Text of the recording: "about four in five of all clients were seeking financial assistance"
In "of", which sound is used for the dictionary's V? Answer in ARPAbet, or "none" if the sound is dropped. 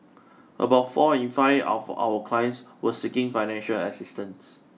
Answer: W